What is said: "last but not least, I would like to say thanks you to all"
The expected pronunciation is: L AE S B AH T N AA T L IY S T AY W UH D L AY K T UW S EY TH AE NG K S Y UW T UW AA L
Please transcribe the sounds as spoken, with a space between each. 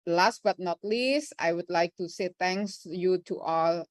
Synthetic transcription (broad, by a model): L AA S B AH T N AA T L IY S T AY W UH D L AY K T UW S EY T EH NG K S Y UW T UW AA L